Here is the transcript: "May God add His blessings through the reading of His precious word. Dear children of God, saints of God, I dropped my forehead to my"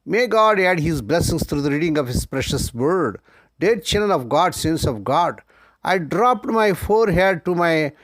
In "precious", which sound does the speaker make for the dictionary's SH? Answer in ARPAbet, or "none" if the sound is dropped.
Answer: SH